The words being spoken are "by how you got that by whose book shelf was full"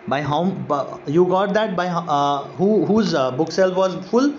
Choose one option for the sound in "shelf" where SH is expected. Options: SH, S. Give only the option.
S